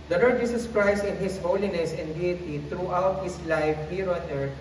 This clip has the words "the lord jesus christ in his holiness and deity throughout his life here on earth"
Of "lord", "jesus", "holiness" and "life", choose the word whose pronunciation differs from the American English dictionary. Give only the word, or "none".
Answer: jesus